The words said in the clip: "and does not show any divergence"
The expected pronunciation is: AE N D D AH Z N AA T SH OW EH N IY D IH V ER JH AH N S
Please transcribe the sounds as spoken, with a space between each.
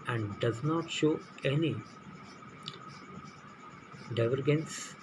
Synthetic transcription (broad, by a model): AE N D D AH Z N AA T SH OW EH N IY D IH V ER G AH N S